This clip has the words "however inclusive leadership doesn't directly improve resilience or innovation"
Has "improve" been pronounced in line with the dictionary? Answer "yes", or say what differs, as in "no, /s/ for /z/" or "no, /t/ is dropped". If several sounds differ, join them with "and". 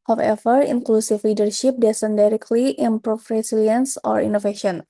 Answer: no, /f/ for /v/